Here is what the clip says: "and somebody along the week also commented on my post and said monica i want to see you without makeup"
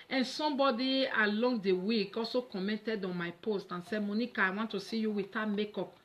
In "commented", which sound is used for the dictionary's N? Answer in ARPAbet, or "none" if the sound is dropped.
N